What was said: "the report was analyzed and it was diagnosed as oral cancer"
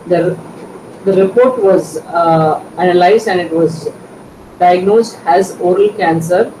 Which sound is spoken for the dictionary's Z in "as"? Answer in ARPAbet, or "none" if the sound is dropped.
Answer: Z